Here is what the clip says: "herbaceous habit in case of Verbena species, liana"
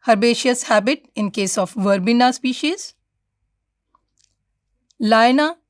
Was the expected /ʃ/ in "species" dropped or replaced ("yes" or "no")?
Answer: no